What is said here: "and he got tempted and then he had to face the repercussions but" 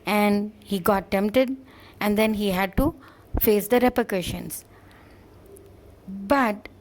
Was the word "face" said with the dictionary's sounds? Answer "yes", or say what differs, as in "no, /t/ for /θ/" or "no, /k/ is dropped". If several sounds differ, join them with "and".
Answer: yes